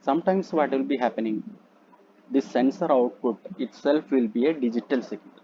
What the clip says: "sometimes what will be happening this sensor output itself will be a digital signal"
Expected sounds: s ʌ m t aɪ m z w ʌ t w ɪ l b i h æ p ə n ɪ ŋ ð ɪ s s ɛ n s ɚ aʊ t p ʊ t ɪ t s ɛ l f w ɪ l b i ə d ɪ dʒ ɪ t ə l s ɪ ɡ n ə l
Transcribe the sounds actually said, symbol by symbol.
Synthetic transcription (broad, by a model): s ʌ m t aɪ m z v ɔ t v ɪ l b i h æ p ə n ɪ ŋ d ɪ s s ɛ n s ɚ aʊ t p ʊ t ɪ t s ɛ l f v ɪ l b i ə d ɪ dʒ ɪ t ə l s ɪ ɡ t